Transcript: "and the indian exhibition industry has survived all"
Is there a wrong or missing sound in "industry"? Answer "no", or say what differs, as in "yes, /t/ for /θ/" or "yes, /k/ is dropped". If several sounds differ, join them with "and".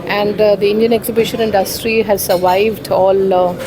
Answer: no